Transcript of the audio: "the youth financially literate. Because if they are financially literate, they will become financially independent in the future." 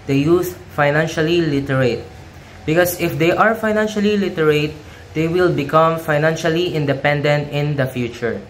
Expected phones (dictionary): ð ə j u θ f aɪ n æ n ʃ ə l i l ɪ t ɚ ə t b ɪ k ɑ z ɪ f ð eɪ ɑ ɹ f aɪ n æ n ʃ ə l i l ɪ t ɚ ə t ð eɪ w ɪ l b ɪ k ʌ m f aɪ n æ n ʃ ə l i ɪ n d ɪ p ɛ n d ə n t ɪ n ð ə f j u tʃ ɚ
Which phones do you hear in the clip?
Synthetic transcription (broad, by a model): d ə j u s f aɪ n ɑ n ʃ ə l i l ɪ t ɚ ə t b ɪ k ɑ s ɪ f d eɪ ɑ ɹ f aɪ n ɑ n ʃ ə l i l ɪ t ɚ ə t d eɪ w ɪ l b ɪ k ʌ m f aɪ n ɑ n ʃ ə l i ɪ n d ɪ p ɛ n d ə n t ɪ n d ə f j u tʃ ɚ